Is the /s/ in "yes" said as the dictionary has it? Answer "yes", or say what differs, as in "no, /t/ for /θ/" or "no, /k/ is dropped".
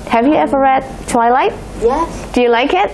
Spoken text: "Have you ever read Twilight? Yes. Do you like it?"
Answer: no, /s/ is dropped